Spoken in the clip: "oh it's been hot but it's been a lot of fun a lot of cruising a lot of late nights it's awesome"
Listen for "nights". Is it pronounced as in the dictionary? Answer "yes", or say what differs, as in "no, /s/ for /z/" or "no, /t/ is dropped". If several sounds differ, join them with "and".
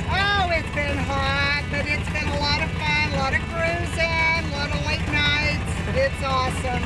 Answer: yes